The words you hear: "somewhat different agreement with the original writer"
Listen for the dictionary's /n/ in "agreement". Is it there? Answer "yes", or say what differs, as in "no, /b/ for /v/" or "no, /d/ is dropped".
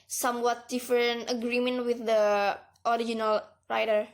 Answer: yes